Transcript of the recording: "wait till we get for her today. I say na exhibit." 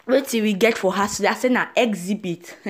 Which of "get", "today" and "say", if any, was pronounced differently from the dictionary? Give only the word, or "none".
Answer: today